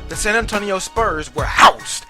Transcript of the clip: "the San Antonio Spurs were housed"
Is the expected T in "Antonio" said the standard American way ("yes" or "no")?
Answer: yes